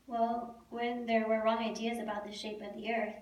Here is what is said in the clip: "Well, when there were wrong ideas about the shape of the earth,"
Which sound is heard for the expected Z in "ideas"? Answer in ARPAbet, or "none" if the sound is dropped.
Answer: Z